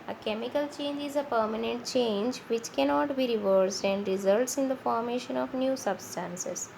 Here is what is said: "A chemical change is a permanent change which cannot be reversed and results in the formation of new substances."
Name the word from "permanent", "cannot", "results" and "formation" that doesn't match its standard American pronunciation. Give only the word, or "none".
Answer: none